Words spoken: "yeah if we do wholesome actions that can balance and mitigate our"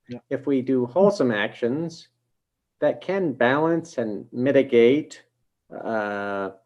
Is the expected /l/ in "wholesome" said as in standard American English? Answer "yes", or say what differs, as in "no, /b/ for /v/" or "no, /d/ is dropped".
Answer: yes